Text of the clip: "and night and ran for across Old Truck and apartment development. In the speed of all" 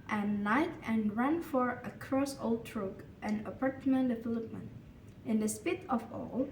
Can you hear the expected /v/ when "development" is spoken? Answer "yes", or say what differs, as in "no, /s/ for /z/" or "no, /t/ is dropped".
no, /f/ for /v/